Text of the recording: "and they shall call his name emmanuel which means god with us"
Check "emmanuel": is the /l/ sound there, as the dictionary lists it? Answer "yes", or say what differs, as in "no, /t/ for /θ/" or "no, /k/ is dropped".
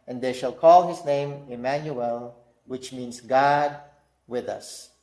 yes